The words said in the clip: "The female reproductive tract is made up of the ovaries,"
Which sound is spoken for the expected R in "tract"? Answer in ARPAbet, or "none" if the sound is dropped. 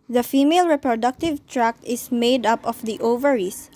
R